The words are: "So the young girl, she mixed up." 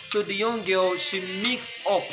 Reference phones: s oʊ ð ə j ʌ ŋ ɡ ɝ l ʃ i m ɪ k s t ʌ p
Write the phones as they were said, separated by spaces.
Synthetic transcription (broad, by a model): s oʊ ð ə j ʌ ŋ ɡ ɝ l ʃ i m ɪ k s ʌ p